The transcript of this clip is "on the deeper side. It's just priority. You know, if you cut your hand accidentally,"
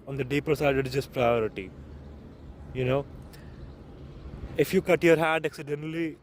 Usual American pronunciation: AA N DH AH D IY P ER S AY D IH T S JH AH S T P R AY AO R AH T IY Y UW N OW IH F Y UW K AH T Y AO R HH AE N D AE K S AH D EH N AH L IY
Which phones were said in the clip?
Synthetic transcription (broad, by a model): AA N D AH D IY P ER S AY D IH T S JH AH S T P R AY AO R AH T IY Y UW N OW IH F Y UW K AH T Y AO R HH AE D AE K S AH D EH N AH L IY